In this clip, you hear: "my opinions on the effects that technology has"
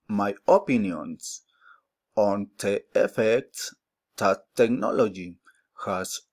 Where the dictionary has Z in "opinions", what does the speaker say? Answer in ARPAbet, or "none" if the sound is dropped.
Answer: S